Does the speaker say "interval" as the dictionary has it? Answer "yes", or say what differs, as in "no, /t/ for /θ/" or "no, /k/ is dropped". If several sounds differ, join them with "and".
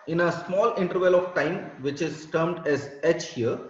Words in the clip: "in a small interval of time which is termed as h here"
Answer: yes